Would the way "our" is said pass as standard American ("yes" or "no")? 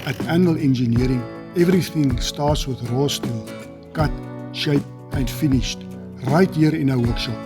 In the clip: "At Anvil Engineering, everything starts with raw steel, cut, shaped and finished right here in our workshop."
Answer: no